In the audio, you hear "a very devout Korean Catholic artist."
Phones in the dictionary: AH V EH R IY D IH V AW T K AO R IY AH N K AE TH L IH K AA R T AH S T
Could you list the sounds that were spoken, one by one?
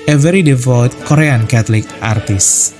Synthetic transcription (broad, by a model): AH V EH R IY D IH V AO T K AO R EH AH N K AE T L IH K AA R T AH S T